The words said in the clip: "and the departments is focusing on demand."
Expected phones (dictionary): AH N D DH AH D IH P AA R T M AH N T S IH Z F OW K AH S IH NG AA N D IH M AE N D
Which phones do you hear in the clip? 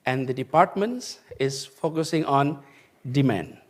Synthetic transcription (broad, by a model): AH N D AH D IH P AA R T M AH N T S IH Z F OW K AH S IH NG AA N D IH M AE N D